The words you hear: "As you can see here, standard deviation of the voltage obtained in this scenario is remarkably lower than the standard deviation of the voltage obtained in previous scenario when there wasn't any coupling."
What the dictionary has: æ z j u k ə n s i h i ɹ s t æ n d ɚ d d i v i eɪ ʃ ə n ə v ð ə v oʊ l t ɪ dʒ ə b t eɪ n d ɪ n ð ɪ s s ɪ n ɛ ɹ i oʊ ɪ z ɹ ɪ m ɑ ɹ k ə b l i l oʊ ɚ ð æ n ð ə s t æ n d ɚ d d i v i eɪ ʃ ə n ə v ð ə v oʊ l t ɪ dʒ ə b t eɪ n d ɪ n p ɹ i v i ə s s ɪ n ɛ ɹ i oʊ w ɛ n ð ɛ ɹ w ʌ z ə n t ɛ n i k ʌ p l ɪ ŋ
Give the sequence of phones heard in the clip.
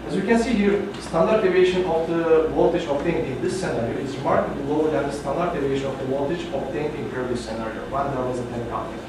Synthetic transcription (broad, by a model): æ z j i k ə n s i h i ɹ s t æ n d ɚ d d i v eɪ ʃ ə n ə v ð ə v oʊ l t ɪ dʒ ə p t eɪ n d ɪ n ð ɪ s s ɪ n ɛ ɹ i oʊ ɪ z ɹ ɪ m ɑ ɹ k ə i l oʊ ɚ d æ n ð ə s t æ n d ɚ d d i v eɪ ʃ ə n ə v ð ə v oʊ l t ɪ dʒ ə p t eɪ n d ɪ n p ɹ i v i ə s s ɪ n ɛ ɹ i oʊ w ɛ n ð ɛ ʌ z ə t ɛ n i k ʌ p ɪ